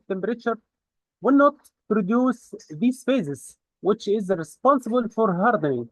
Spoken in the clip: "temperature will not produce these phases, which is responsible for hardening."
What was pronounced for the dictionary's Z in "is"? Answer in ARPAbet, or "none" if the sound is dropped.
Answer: Z